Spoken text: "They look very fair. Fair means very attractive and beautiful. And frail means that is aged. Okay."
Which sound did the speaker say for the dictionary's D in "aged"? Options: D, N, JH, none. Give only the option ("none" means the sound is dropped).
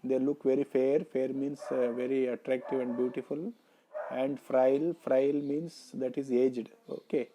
D